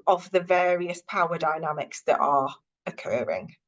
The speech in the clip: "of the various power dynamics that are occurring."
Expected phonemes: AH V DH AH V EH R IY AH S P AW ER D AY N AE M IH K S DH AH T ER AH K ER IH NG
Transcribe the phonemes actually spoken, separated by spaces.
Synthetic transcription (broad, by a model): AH V DH AH V EH R IY AH S P AW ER D AY N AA M IH K S DH AH T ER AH K ER IH NG